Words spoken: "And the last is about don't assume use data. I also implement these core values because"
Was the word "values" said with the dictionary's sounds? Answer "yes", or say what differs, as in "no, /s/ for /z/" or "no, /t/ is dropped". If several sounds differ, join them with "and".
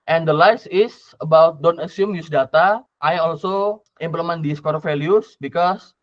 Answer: no, /f/ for /v/ and /s/ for /z/